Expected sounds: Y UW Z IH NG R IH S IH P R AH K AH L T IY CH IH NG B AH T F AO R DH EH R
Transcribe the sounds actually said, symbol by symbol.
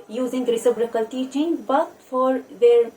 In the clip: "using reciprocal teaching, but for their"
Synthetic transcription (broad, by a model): Y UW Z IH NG R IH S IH B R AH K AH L T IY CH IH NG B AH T F AO R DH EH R